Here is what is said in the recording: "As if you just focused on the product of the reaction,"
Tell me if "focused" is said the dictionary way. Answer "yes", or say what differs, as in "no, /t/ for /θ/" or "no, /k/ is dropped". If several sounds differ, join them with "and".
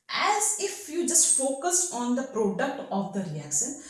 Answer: no, /t/ is dropped